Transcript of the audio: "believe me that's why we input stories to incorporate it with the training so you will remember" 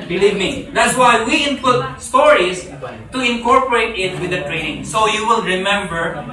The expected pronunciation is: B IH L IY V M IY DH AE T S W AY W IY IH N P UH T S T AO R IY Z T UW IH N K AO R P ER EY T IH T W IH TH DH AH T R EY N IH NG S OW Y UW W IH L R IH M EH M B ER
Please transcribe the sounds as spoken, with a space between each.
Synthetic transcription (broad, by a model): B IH L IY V M IY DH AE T S W AY W IY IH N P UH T S T AO R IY S T UW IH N K AO R P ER EY T IH T W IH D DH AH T R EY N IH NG S OW Y UW W IH L R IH M EH M B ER